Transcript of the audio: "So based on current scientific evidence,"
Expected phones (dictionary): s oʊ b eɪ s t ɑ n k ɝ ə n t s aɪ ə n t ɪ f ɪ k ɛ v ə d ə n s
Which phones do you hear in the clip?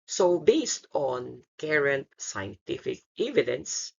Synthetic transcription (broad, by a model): s oʊ b eɪ s t ɑ n k ɝ ə n t s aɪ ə n t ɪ f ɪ k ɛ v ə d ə n s